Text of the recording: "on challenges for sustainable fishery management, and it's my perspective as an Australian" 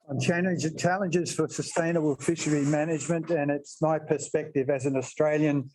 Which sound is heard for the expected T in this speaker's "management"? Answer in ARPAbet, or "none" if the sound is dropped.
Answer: T